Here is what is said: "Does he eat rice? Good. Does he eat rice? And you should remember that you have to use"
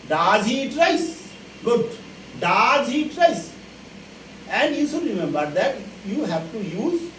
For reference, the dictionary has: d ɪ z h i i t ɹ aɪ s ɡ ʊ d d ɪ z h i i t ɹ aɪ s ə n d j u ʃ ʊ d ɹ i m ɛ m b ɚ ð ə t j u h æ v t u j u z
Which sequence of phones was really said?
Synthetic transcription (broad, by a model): d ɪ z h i i t ɹ aɪ s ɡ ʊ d d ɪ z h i i t ɹ aɪ s ə n d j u s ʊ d ɹ i m ɛ m b ɚ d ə t j u h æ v t u j u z